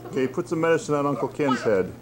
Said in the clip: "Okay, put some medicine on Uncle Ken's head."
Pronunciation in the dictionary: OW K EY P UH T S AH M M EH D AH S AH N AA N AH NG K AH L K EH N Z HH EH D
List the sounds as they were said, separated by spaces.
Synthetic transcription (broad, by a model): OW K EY P UH T S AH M M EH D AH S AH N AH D AH NG K AH L K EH N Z HH EH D